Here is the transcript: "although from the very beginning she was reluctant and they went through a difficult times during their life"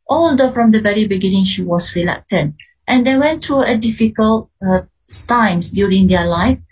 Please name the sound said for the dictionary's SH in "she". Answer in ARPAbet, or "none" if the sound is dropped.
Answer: SH